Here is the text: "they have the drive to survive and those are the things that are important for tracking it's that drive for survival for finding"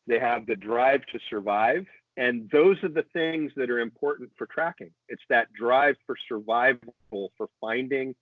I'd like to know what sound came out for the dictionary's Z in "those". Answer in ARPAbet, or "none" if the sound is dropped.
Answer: Z